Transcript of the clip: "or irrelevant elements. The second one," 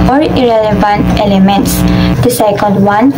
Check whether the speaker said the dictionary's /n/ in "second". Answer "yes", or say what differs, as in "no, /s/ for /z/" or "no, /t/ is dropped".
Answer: no, /l/ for /n/